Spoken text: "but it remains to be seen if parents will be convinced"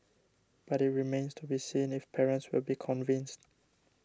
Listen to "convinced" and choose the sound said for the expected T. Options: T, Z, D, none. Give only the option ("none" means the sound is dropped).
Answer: T